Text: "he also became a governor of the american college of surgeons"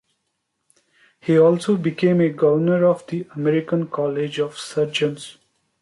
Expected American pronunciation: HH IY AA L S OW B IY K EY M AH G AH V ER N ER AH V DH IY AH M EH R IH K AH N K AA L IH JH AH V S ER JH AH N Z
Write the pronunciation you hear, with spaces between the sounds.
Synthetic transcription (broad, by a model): HH IY AA L S OW B IY K EY M AH G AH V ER N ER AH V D IY AH M EH R IH K AH N K AA L IH JH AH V S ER JH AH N S